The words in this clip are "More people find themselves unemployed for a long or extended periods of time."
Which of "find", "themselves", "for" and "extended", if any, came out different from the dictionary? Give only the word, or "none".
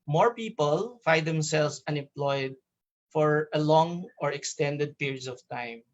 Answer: themselves